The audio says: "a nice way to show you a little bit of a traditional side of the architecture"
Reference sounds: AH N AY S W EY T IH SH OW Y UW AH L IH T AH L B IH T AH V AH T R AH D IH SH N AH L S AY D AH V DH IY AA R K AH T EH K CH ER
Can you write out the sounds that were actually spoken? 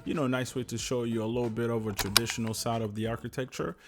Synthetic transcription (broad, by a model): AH N AY S W EY T IH SH OW Y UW AH L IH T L B IH T AH V AH T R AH D IH SH N L S AY D AH V DH IY AA R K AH T EH K CH ER